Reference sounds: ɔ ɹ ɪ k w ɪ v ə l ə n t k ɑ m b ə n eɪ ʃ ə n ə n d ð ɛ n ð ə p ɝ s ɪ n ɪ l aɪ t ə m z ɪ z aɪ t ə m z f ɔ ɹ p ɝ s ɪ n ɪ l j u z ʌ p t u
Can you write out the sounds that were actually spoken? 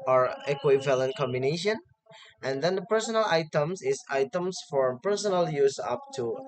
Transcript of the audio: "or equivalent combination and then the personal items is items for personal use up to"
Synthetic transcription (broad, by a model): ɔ ɹ ɪ k w ɪ v ə l ə n t k ɑ m b ə n eɪ ʃ ə n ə n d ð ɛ n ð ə p ɝ s ɪ n ɪ l aɪ t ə m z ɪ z aɪ t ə m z f ɔ ɹ p ɝ s ɪ n ɪ l j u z ʌ p t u